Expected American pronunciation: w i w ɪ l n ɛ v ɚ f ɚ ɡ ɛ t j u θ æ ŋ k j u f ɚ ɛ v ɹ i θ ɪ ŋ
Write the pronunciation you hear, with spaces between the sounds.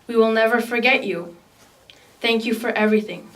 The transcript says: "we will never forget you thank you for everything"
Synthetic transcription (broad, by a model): w i w ɪ l n ɛ v ɚ f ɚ ɡ ɛ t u θ æ ŋ k j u f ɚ ɛ v ɹ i θ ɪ ŋ